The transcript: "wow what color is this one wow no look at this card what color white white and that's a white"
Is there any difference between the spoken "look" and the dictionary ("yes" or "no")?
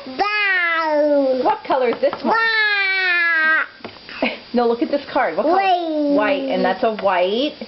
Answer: no